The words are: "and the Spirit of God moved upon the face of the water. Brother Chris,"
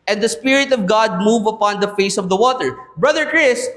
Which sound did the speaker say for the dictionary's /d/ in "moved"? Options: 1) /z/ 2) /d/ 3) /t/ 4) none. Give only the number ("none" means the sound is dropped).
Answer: 4